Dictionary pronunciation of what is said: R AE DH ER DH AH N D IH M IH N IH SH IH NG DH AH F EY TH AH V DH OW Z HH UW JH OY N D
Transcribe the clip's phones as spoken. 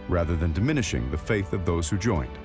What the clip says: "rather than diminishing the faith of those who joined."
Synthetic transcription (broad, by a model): R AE DH ER DH AH N D IH M IH N IH SH IH NG DH AH F EY TH AH V DH OW Z HH UW JH OY N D